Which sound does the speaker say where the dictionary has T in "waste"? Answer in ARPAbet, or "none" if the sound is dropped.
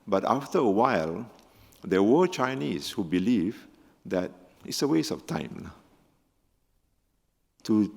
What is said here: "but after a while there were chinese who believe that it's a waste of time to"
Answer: none